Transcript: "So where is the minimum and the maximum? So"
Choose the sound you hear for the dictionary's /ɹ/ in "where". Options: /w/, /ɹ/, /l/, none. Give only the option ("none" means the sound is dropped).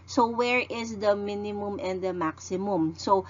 /ɹ/